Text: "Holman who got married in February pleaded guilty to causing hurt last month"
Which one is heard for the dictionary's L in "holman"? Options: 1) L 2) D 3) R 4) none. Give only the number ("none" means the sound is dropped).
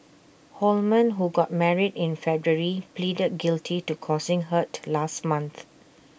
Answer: 1